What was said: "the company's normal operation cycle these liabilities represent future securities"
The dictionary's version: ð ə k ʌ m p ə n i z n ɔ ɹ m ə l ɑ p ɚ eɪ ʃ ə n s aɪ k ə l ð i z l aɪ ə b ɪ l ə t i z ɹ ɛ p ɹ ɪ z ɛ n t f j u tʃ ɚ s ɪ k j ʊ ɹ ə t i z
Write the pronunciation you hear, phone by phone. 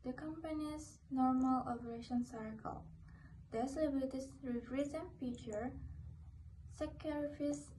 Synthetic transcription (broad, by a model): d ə k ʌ m p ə n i s n ɔ ɹ m ə l ɑ p ɚ eɪ ʃ ə n s aɪ k ə l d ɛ s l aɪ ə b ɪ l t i s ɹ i f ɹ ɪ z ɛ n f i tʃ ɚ s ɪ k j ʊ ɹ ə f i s